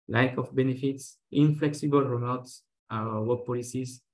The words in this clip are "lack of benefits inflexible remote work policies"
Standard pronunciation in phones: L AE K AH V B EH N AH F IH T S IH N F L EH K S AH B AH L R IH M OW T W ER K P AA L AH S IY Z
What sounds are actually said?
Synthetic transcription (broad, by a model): L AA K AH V B EH N AH F IH T S IH N F L EH K S AH B AH L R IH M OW T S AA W P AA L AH S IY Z